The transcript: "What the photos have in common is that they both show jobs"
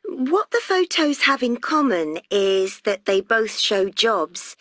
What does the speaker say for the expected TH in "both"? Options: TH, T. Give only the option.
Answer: TH